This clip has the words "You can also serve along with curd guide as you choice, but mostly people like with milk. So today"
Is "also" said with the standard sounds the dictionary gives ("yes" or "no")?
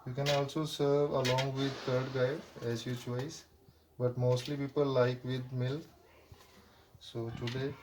yes